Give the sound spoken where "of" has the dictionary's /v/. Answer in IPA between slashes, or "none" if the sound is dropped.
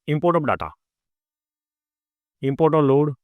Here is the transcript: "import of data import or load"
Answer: /b/